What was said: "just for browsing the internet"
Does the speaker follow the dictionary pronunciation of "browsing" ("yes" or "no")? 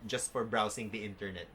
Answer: no